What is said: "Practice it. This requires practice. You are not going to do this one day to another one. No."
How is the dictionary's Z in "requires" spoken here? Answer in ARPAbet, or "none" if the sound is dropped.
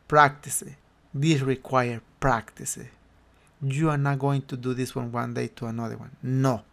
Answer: none